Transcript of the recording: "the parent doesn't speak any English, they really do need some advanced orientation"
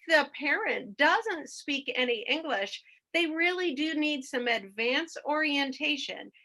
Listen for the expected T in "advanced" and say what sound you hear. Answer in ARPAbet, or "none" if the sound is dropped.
none